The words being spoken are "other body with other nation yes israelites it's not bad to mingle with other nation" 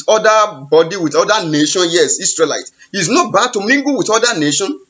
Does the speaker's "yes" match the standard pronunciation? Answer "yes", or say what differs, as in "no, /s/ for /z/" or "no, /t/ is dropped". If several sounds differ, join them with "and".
yes